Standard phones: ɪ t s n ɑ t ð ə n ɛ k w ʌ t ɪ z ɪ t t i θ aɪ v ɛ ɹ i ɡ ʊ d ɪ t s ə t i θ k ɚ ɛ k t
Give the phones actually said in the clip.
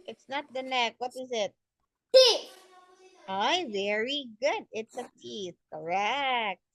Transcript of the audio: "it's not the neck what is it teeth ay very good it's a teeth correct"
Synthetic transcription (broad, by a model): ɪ t s n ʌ t ð ə n ɛ k w ʌ t ɪ z ɪ t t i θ aɪ v ɛ ɹ i ɡ ʊ d ɪ t s ə t i θ k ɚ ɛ k t